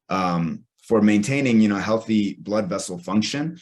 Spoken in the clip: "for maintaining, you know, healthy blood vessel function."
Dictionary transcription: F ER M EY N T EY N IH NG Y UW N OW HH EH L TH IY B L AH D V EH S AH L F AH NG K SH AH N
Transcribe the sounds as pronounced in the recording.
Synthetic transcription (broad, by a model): F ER M EY N T EY N IH NG Y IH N OW HH EH L TH IY B L AH D V EH S L F AH NG K SH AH N